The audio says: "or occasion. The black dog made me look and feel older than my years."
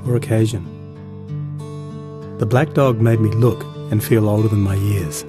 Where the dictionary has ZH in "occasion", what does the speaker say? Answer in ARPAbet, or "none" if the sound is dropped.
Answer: ZH